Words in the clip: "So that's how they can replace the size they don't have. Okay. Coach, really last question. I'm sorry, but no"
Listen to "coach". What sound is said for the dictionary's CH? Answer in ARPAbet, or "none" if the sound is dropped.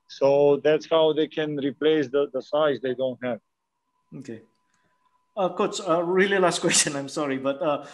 S